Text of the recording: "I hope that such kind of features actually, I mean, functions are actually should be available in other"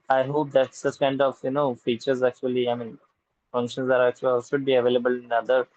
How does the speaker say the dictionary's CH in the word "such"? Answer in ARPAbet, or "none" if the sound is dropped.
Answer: S